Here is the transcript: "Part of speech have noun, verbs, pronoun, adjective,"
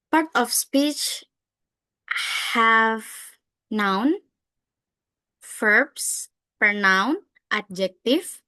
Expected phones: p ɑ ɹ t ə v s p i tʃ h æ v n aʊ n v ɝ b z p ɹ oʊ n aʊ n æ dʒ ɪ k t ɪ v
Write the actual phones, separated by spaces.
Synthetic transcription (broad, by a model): p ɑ ɹ t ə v s p i tʃ h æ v n aʊ n f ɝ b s p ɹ n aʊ n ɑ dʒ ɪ k t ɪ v